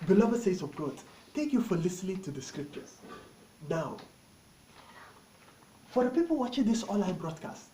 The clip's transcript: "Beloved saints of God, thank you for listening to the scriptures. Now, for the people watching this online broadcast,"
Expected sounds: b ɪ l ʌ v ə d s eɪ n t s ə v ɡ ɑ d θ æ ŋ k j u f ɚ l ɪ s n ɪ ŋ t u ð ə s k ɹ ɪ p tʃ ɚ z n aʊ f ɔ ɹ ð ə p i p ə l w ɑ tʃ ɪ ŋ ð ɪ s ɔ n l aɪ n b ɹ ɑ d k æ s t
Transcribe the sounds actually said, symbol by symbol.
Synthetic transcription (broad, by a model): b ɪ l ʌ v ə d s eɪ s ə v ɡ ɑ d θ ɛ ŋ k j u f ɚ l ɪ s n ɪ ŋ t u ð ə s k ɹ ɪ p tʃ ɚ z n aʊ f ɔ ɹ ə p i p ə l w ɑ tʃ ɪ ŋ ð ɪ s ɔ l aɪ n b ɹ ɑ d k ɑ s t